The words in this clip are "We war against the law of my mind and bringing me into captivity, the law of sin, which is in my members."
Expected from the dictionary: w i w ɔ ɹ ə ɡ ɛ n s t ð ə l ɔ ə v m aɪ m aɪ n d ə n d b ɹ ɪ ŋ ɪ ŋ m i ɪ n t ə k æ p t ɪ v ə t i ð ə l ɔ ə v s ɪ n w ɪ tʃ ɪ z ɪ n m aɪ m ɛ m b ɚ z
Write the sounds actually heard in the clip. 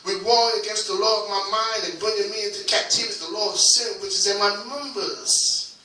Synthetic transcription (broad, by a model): w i w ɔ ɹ ə ɡ ɛ n s t ð ə l ɔ ə v m aɪ m aɪ n d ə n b ɪ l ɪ m i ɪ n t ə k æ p t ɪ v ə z ð ə l ɔ ə v s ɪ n w ɪ tʃ ɪ z ɪ n m aɪ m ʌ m b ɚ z